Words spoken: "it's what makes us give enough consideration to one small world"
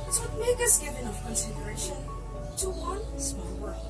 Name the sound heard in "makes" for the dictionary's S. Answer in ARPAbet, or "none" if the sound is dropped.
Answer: none